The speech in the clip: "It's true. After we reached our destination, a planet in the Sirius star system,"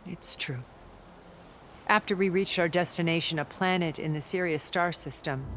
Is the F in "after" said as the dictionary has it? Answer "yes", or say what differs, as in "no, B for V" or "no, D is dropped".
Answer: yes